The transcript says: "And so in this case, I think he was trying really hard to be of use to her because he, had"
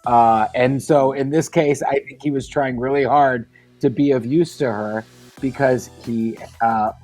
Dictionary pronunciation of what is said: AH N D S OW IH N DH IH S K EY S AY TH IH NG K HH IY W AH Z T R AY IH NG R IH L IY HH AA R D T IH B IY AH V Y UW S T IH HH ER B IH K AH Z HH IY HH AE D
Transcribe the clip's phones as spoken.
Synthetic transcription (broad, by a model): AH N S OW IH N DH IH S K EY S AY TH IH NG K HH IY W AH Z T R AY IH NG R IH L IY HH AA R D T IH B IY AH V Y UW S T IH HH ER B IH K AH Z HH IY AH